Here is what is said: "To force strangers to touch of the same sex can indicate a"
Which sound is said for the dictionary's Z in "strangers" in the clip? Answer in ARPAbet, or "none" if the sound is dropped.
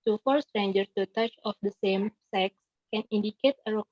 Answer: none